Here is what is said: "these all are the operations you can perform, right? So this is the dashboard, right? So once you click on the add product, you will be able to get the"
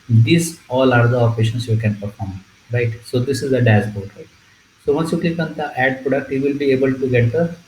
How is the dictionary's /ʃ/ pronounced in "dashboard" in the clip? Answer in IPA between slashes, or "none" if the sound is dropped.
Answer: /s/